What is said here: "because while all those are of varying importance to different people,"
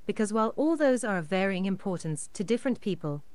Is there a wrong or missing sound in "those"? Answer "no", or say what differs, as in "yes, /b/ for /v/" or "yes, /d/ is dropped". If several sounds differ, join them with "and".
no